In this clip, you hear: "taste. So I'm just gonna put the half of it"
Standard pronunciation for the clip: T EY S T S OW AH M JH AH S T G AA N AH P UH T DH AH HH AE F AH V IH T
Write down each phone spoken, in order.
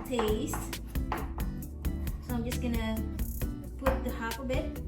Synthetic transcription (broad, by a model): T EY S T S OW AH M JH AH S T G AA N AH P UH T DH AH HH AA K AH B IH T